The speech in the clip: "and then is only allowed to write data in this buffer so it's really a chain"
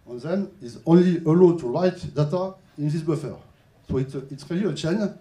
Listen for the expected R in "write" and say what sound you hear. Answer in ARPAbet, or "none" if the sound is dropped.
L